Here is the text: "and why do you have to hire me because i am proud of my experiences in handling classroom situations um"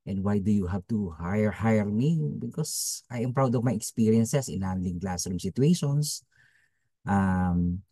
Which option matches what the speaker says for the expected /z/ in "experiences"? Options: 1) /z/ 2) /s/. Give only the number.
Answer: 2